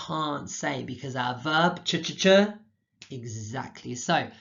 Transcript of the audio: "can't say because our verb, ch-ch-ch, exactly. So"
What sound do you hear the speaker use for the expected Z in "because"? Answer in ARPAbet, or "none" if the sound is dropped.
Z